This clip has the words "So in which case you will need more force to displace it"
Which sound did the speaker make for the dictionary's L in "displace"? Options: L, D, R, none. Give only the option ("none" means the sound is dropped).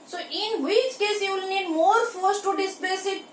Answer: none